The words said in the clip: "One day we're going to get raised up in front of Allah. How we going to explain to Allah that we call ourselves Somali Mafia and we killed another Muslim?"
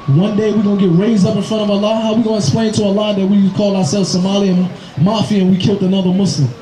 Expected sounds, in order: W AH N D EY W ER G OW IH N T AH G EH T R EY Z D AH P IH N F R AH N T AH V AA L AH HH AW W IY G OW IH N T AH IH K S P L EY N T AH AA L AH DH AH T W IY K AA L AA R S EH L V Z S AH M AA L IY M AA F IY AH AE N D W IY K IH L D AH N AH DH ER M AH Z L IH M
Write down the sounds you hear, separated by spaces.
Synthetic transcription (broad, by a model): W AH N D EY W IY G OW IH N G EH T R EY Z D AH P IH N F R AH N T AH V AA L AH HH AW W IY G OW IH N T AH IH K S P L EY N T AH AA L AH DH AH T W IY K AA L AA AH S EH L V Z S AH M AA L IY M AA F IY AH N W IY K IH L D AH N AH DH ER M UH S L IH M